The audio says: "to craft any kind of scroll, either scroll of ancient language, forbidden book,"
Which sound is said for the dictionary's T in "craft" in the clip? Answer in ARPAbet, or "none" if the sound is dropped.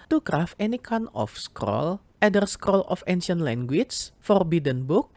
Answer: none